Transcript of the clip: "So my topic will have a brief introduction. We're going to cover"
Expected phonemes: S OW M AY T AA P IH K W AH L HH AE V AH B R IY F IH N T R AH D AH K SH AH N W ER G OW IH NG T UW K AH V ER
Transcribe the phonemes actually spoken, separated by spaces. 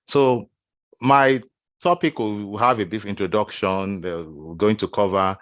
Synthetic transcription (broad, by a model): S OW M AY T AA P IH K W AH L HH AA V AH B IY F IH N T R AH D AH K SH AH N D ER G OW IH NG T UW K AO V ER